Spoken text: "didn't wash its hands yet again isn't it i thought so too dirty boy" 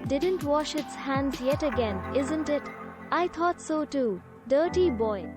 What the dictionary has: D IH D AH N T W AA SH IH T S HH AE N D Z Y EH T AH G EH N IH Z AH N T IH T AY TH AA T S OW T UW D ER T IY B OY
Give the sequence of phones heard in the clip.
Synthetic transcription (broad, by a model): D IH D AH N T W AA SH IH T S HH AE N D Z Y EH T AH G EH N IH Z AH N T IH T AY T AA T S OW T UW D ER T IY B OY